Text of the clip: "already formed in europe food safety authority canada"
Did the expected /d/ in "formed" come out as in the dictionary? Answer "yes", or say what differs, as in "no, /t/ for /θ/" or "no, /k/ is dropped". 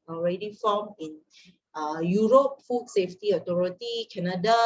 no, /d/ is dropped